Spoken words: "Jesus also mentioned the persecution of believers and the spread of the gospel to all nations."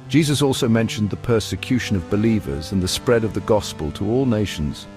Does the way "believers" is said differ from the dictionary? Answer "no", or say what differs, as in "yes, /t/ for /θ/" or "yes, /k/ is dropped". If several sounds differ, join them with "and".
no